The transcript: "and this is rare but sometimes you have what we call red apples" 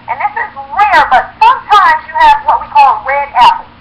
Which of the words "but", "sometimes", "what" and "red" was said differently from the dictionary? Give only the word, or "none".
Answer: none